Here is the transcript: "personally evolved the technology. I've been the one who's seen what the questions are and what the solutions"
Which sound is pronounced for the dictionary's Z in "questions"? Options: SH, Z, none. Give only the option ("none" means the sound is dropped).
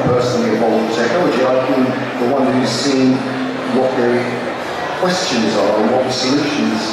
Z